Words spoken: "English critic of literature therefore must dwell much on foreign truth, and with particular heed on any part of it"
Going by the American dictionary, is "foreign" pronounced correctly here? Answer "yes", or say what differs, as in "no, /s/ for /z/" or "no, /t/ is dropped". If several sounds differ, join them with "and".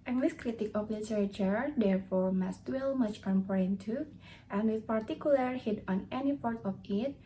no, /p/ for /f/